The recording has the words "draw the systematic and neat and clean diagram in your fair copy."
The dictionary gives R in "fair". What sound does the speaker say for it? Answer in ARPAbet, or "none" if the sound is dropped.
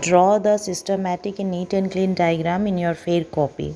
R